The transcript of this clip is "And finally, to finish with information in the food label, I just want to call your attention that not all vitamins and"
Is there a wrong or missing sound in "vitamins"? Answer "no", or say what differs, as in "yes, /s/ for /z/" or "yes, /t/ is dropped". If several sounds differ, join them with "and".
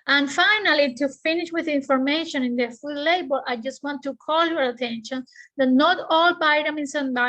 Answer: yes, /b/ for /v/ and /s/ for /z/